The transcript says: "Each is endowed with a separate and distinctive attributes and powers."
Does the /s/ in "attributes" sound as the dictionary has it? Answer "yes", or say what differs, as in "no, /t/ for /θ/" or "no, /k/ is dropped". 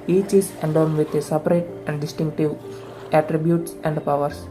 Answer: yes